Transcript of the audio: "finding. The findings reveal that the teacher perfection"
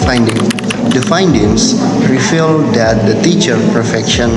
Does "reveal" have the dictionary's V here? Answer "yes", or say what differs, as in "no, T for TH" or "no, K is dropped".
no, F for V